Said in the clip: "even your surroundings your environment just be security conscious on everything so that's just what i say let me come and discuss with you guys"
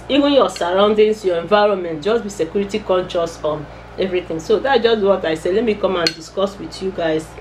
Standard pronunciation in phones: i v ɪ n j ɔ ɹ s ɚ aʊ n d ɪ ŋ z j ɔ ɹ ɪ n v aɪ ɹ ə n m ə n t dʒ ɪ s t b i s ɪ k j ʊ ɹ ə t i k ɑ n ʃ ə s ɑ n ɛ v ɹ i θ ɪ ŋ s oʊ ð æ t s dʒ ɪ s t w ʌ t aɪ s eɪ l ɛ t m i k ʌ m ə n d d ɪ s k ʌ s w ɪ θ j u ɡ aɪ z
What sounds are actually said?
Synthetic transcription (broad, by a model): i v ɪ n j ɔ s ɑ aʊ n d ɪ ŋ s j ɔ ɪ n v aɪ ɹ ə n m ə n t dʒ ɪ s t b i s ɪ k j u ɹ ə t i k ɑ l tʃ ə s ɑ n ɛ v ɹ i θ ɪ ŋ s oʊ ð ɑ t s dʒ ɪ s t w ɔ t aɪ s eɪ l ɛ t m i k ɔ m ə n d d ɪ s k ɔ s w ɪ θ j u ɡ aɪ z